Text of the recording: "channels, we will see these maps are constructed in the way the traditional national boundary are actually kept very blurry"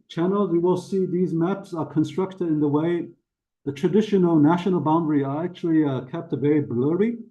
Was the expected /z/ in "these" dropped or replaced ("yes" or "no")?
no